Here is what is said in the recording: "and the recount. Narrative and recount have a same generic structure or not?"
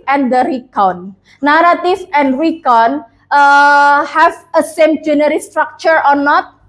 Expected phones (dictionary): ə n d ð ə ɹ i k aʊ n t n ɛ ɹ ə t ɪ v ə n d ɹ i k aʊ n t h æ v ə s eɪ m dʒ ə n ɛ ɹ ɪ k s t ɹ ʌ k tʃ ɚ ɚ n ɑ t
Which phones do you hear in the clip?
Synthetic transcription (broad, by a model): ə n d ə ɹ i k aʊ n n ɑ ɹ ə t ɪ f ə n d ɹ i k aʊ n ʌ h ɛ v ə s eɪ m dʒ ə n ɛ ɹ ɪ s t ɹ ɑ k tʃ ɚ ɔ n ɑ t